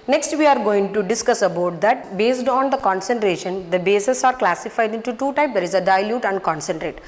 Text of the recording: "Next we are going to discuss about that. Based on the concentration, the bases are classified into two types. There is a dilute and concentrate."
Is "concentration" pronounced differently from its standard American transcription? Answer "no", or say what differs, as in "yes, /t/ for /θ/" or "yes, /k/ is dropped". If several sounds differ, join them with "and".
no